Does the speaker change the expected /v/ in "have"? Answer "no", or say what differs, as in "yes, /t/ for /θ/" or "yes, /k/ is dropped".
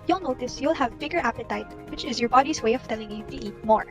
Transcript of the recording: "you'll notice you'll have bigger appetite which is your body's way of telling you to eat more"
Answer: no